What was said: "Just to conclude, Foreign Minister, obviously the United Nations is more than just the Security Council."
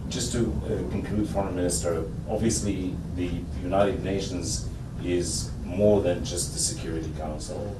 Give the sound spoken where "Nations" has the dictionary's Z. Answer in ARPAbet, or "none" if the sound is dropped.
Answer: Z